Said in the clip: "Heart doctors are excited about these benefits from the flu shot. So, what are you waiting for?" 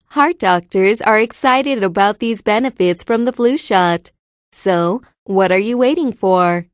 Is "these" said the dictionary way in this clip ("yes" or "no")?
yes